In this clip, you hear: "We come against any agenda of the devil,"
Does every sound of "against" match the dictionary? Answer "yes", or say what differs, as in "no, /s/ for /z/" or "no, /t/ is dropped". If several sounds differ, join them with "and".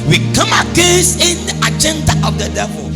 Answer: no, /n/ is dropped and /t/ is dropped